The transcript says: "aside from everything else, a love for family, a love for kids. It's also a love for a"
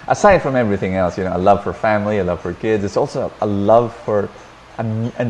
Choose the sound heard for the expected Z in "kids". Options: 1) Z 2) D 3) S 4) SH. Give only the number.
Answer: 1